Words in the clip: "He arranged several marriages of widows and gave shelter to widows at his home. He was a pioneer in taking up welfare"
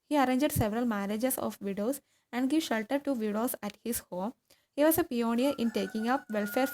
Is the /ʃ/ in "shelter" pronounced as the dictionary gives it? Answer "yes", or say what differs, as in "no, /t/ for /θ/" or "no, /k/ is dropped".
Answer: yes